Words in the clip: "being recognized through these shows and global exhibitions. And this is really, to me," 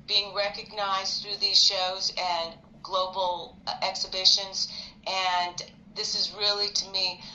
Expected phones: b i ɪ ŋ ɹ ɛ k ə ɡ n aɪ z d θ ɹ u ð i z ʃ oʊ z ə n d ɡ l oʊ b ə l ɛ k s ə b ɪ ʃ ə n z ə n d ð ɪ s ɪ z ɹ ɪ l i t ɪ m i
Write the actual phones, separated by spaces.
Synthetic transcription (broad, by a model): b i ɪ ŋ ɹ ɛ k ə ɡ n aɪ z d θ ɹ u ð i z ʃ oʊ z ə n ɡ l oʊ b l ɛ k s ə b ɪ ʃ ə n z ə n ð ɪ s ɪ z ɹ ɪ l i t ɪ m i